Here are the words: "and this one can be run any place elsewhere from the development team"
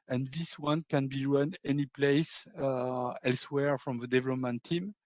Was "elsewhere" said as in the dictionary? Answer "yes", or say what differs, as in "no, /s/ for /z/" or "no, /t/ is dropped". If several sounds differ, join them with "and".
yes